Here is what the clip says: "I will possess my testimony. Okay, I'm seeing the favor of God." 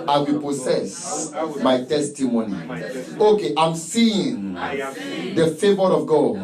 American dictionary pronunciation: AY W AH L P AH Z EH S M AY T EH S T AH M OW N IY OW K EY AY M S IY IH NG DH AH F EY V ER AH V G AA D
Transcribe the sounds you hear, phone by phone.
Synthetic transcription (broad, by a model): AY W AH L P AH S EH S M AY T EH S T AH M OW N IY OW K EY AY M S IY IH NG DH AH F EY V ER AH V G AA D